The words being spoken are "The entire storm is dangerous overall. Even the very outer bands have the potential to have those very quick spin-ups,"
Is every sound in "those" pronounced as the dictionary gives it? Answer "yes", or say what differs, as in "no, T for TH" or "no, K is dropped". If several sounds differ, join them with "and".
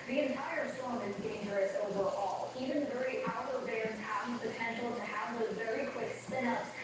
no, Z is dropped